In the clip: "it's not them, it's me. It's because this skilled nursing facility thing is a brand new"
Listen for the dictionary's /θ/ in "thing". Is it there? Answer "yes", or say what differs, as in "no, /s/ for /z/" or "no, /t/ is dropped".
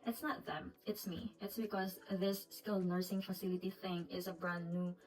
yes